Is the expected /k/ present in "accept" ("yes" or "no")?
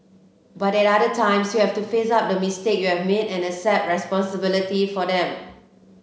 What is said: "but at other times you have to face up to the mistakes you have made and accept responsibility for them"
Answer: no